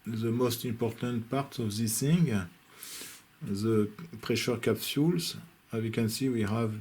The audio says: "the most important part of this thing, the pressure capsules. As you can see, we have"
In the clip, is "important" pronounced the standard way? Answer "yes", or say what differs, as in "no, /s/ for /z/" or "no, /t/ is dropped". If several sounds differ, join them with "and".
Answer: yes